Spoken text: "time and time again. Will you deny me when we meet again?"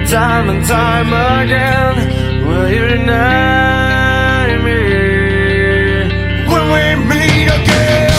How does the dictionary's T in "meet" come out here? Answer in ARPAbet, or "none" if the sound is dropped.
none